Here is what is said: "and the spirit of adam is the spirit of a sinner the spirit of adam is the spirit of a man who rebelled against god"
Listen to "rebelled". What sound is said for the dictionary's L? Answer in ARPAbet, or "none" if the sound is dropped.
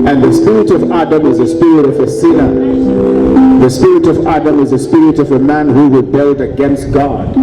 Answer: L